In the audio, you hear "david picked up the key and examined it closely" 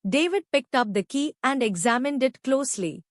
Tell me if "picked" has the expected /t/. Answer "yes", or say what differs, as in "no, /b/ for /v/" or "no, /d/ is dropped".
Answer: yes